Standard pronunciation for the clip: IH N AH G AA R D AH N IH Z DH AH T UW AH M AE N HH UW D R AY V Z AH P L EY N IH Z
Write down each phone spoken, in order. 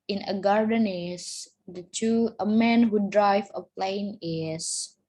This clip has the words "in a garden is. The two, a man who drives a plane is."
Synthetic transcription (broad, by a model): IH N AH G AA R D AH N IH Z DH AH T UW AH M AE N HH UW D R AY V AH P L EY N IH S